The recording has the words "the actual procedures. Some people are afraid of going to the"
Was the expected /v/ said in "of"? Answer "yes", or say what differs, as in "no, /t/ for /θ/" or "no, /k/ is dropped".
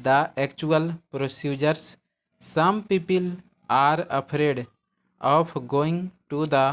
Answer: no, /p/ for /v/